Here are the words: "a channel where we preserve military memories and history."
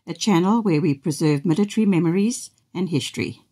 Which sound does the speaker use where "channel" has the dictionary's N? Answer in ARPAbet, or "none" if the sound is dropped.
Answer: N